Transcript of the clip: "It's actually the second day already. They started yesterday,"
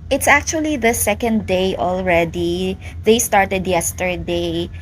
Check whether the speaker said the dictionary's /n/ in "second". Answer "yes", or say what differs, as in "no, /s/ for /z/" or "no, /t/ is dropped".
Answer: yes